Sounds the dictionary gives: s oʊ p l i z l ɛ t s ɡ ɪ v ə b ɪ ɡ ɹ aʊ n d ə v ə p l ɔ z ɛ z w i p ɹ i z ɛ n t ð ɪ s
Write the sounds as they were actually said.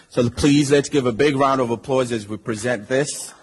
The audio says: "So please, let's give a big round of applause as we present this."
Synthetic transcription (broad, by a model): s oʊ p l i z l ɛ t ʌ ɡ ɪ v ə b ɪ ɡ ɹ aʊ n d ə v ə p l ɔ z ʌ z w i p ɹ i z ɛ n ð ɪ s